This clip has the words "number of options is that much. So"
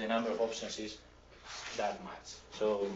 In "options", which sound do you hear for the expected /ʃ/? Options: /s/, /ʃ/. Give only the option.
/s/